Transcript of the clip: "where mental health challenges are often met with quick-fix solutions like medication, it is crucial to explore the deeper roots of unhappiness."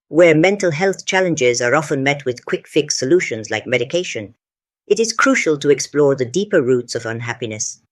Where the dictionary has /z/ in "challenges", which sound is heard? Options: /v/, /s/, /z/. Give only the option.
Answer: /z/